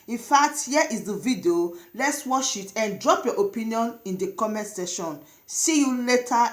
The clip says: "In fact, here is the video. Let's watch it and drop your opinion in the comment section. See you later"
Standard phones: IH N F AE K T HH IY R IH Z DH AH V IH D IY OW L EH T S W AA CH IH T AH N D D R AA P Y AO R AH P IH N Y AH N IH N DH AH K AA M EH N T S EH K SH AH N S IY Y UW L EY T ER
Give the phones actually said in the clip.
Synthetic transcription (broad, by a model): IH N F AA K T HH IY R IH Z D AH V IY D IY OW L EH T S W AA SH IH T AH N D D R AA P Y AO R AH P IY N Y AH N IH N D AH K AA M EH N T S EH SH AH N S IY Y UW L EY T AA